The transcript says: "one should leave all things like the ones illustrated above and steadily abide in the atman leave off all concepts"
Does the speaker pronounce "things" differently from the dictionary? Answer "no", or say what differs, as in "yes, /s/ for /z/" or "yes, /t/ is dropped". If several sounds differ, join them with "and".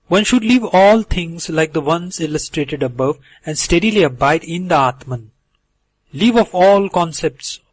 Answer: yes, /t/ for /θ/